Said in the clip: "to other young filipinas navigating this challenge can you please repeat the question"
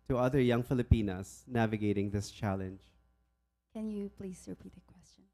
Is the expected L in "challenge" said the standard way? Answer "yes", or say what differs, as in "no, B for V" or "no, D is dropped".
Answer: yes